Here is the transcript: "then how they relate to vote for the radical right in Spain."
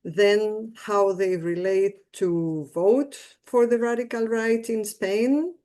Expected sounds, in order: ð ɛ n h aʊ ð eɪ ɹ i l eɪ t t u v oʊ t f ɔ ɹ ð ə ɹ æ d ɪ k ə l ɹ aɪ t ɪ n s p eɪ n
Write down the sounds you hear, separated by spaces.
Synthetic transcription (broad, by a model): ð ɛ n h aʊ ð eɪ ɹ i l eɪ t t u v oʊ t f ɔ ɹ ð ə ɹ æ d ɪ k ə l ɹ aɪ t ɪ n s p eɪ n